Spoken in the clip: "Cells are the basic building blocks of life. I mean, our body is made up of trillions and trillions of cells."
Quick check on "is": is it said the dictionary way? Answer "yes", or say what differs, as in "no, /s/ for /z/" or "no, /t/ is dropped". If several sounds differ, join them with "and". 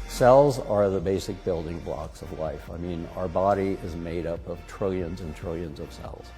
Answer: yes